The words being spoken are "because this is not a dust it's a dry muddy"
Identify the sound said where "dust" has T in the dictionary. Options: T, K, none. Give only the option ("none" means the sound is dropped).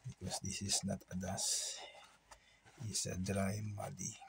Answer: none